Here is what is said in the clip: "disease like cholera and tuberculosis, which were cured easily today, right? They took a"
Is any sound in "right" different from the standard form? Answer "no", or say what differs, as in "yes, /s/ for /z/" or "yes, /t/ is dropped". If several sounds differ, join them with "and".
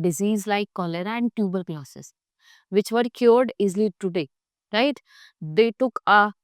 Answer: no